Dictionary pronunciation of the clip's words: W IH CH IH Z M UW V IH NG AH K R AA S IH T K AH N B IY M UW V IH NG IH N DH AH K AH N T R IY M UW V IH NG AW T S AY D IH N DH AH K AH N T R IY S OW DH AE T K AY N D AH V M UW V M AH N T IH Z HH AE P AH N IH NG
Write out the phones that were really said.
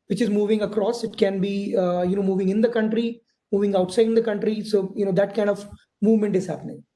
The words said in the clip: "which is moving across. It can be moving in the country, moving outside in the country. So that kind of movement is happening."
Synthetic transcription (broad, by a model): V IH CH IH Z M UW V IH NG AH K R AA S IH T K AH N B IY M UW V IH NG IH N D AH K AH N T R IY M UW V IH NG AW T S AY D IH N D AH K AH N T R IY S OW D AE T K AY N D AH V M UW V M AH N T IH Z HH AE P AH N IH NG